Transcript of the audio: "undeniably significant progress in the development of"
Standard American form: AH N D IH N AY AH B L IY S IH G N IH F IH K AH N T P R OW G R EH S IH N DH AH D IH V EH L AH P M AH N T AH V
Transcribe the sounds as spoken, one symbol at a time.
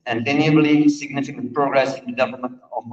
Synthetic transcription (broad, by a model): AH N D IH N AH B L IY S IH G N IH F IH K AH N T P R OW G R EH S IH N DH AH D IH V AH M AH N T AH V